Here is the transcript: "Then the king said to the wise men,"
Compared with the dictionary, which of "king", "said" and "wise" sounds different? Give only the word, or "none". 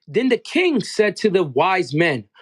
none